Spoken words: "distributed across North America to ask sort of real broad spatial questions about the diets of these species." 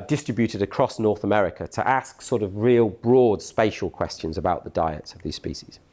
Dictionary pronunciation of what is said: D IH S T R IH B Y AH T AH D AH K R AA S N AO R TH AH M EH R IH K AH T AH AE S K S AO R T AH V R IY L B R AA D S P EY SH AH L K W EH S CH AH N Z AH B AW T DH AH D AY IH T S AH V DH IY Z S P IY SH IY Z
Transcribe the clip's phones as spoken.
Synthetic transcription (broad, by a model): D IH S T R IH B Y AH T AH D AH K R AA S N AO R TH AH M EH R IH K AH T AH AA S K S AO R T AH V R IY L B R AA D S P EY SH AH L K W EH S CH AH N Z AH B AW T DH AH D AY IH T S AH V DH IY Z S P IY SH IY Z